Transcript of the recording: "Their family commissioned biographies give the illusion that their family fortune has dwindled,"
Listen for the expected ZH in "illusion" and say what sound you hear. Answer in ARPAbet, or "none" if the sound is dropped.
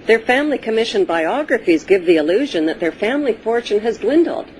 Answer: ZH